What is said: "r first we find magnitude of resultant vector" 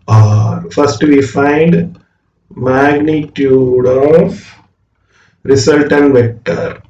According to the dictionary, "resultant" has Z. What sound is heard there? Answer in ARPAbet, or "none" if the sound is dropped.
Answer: S